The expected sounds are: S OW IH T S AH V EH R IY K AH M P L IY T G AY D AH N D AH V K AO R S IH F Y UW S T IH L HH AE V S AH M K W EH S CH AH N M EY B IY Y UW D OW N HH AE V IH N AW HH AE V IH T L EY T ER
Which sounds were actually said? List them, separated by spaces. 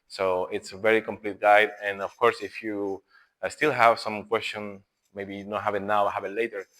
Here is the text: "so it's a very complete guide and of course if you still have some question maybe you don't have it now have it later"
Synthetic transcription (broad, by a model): S OW IH T S AH V EH R IY K AH M P L IY T G AY D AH N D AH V K AO R S IH F Y UW S T IH L HH AE V S AH M K W EH S CH AH N M EY B IY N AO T HH AE V IH N AW HH AE V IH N L EY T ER